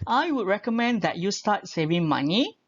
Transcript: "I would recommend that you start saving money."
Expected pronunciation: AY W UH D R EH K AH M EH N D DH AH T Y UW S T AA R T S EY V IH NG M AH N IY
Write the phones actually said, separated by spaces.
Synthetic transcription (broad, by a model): AY W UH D R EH K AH M EH N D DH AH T Y UW S T AA T S EY V IH NG M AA N IY